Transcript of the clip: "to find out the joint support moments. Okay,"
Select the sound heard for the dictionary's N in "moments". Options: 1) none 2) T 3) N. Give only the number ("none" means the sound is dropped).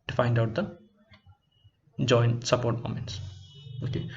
3